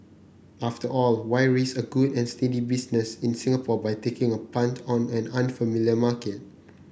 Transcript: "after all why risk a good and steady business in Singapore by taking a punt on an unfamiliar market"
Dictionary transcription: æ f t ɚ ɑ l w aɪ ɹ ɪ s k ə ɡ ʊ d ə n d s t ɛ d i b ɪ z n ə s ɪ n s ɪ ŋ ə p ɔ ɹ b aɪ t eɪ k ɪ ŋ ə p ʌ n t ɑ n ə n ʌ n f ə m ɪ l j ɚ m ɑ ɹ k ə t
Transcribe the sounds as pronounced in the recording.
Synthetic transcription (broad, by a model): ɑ f t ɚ ɑ l w aɪ ɹ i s ə ɡ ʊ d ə n s t ɛ d i b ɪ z n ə s ɪ n s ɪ ŋ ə p ɔ b aɪ t eɪ k ɪ ŋ ə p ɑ n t ɑ n ə n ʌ n f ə m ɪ l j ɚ m ɑ k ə t